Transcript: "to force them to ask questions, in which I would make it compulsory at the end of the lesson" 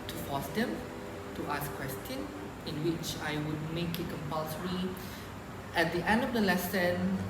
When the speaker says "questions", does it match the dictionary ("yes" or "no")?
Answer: no